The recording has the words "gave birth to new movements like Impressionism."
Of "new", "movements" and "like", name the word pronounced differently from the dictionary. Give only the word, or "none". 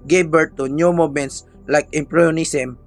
movements